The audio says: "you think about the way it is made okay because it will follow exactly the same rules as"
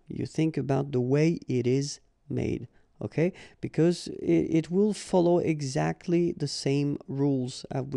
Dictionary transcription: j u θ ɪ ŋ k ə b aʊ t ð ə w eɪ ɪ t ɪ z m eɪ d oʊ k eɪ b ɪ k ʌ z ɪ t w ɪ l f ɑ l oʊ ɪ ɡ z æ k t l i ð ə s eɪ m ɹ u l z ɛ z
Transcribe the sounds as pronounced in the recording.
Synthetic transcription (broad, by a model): j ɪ θ ɪ ŋ k ə b aʊ t ð ə w eɪ ɪ t ɪ z m eɪ d oʊ k eɪ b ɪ k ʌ z ɪ t w ɪ l f ɑ l oʊ ɪ ɡ z æ k t l i ð ə s eɪ m ɹ u l z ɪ